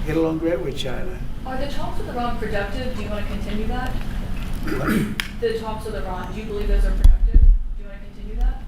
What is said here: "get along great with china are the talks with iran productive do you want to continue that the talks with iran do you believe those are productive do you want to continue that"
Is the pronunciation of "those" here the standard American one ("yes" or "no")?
yes